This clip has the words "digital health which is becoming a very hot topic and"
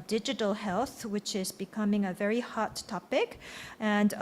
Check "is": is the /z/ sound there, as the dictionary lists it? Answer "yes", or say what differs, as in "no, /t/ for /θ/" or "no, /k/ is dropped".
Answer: yes